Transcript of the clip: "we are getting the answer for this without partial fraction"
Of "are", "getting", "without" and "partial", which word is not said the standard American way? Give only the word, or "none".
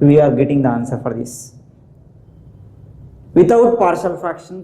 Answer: without